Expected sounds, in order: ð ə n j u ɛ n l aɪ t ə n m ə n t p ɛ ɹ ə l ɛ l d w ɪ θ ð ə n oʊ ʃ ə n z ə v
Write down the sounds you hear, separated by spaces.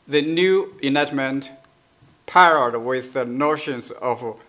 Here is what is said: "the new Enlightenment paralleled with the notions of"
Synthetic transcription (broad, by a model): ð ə n j u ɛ n aɪ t m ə n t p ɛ ɹ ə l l d w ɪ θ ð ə n oʊ ʃ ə n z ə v